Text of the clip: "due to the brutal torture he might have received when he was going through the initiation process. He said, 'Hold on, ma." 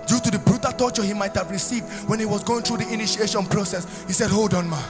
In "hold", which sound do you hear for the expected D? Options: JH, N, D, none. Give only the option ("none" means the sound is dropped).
D